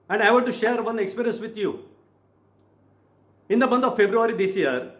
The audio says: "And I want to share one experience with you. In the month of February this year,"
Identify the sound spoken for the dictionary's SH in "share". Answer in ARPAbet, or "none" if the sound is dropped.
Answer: SH